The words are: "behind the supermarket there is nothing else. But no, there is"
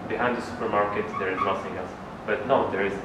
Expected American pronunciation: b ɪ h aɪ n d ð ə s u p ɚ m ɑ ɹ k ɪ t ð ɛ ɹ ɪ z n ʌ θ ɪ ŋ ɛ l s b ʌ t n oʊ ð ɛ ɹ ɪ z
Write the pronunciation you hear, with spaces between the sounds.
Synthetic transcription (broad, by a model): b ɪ h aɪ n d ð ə s u p ɚ m ɑ ɹ k ɪ t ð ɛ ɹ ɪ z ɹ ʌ s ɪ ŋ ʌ s b ʌ t n oʊ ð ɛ ɹ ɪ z